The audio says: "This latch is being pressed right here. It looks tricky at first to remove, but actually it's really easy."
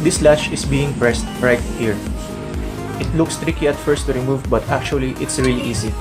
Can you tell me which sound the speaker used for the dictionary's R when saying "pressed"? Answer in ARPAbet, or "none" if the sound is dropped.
R